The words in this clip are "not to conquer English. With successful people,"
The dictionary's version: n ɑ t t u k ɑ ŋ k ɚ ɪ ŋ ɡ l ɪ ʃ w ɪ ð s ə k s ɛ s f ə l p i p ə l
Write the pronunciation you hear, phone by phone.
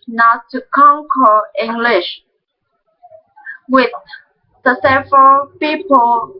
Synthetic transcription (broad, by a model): n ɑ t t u k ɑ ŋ k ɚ ɪ ŋ ɡ l ɪ ʃ w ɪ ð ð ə s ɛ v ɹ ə l p i p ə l